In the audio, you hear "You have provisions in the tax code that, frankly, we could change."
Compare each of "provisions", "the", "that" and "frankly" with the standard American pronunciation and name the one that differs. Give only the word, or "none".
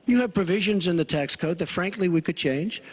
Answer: none